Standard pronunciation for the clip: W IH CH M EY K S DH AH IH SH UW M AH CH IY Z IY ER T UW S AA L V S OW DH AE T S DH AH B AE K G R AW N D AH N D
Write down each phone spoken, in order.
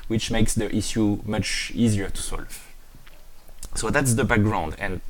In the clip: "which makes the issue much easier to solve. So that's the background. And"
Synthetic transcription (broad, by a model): W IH CH M EY K S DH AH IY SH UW M AH CH IY Z IY ER T UW S AA L V S OW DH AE T S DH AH B AE K G R AW N D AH N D